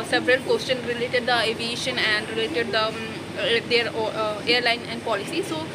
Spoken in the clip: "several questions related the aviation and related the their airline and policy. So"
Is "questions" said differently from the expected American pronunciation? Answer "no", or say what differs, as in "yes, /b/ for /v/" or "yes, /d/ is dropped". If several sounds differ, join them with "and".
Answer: yes, /z/ is dropped